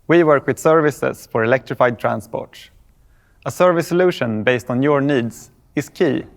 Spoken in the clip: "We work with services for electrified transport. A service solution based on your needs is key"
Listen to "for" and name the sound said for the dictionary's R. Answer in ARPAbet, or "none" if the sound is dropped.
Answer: R